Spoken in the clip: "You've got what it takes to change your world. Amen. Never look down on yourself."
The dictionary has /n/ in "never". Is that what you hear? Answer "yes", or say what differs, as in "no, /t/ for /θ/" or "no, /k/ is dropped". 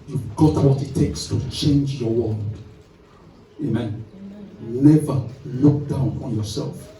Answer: yes